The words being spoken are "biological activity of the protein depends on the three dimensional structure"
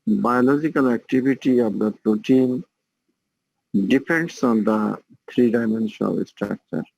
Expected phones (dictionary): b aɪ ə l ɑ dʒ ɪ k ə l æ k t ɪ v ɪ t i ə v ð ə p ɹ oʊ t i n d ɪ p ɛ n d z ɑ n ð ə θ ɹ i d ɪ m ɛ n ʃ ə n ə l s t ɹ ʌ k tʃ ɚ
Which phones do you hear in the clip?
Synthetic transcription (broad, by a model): b aɪ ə l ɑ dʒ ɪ k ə l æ k t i b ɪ t i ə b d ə p ɹ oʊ t i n d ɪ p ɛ n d s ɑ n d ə t ɹ i d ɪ m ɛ n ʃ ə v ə s t ɹ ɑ k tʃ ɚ